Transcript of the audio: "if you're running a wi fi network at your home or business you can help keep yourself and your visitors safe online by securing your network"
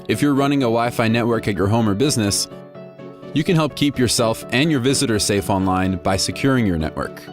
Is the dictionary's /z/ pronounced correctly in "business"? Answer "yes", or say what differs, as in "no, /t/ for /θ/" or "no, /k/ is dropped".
yes